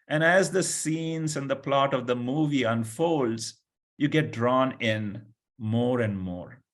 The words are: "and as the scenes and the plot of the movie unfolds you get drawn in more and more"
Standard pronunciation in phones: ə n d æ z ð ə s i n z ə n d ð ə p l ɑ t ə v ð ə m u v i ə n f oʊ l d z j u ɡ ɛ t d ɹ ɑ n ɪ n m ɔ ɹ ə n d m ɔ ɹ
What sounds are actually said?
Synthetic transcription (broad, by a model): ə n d æ z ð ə s i n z ə n d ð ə p l ɑ t ə v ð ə m u v i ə n f oʊ l d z j u ɡ ɛ t d ɹ ɑ n ɪ n m ɔ ɹ ə n d m ɔ ɹ